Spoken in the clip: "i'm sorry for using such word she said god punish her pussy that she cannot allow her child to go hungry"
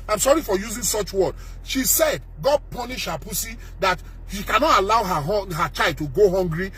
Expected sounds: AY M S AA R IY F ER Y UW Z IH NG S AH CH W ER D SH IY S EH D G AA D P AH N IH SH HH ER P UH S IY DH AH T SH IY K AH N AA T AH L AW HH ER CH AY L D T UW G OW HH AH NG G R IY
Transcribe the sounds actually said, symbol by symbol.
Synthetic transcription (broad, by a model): AY M S AA R IY F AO Y UW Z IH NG S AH CH W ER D SH IY S EH D G AA D P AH N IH SH HH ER P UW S IY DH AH T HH IY K AH N AA T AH L AW HH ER CH AY L D T UW G OW HH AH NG G R IY